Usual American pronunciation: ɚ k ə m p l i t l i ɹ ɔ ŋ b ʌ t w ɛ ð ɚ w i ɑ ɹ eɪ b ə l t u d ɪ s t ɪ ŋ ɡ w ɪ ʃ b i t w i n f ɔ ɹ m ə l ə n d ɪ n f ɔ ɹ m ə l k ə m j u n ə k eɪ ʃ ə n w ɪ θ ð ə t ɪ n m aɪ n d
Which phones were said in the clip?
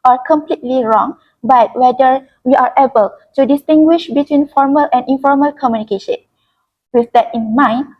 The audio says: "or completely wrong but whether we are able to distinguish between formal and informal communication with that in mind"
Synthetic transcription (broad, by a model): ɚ k ə m p l i t l i ɹ ɔ ŋ b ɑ t w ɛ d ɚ w i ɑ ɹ eɪ b ə l t u d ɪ s t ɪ ŋ ɡ w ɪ ʃ b i t w i n f ɔ ɹ m ə l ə n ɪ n f ɔ ɹ m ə l k ə m j u n ə k eɪ ʃ ə n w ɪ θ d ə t ɪ n m aɪ n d